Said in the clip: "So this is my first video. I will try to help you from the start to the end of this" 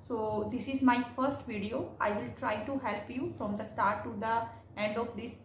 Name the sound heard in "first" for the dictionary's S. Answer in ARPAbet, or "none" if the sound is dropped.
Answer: S